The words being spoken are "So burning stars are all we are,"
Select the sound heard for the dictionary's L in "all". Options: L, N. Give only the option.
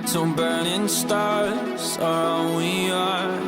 N